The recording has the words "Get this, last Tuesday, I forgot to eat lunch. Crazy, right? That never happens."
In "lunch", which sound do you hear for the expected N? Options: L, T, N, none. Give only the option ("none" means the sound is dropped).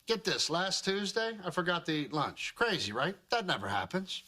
N